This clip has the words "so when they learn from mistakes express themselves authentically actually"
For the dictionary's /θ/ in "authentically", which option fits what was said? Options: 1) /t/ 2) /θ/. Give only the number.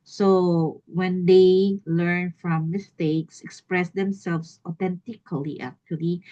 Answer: 1